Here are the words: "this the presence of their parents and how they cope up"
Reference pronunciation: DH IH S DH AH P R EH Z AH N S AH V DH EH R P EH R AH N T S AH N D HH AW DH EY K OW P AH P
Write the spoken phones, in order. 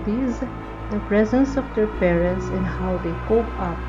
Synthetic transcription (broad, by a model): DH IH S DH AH P R EH Z AH N S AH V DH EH R P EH R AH N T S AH N HH AW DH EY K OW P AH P